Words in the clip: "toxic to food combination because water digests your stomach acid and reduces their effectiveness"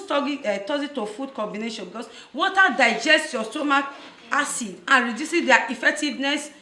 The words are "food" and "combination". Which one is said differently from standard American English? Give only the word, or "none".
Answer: none